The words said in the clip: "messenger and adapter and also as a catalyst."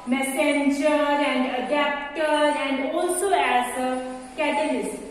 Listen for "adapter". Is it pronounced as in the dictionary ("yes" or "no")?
yes